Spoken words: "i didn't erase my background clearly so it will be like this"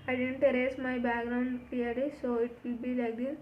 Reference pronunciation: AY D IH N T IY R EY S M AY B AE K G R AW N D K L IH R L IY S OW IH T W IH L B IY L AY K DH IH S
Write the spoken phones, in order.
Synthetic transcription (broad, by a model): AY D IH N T IY R EY S M AY B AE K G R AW N D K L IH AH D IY S OW IH T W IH L B IY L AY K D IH